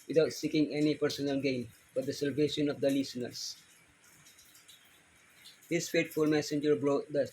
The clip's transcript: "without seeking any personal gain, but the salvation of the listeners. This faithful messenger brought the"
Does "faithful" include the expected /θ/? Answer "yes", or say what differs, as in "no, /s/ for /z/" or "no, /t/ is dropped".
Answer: no, /t/ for /θ/